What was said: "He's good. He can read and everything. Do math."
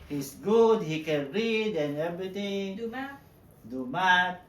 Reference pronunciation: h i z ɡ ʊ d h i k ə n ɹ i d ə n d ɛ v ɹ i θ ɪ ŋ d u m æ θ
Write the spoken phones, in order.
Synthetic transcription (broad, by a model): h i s ɡ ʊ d h i k ə n ɹ i d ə n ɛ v ɹ i t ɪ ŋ d u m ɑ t